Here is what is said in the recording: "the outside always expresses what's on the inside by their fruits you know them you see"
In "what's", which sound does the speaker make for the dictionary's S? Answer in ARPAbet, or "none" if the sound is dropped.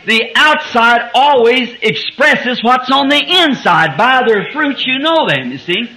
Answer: S